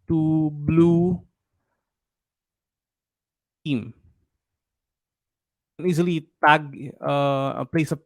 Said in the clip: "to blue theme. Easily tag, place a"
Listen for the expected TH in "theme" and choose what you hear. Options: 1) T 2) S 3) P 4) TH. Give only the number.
1